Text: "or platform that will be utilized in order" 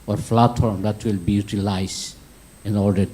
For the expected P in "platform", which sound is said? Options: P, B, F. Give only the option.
F